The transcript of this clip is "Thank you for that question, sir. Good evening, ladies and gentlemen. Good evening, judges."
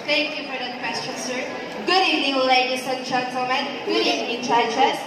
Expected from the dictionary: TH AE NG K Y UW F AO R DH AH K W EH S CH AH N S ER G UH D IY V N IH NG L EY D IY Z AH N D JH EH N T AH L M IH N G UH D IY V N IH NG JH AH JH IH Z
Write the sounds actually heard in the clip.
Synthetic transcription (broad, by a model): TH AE NG K Y UW F AO R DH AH K W EH S CH AH N S ER G UH D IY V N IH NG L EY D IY S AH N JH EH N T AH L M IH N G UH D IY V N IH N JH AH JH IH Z